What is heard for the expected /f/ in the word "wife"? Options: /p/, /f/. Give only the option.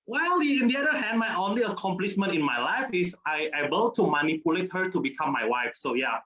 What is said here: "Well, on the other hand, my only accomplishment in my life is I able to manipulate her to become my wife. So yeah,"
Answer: /f/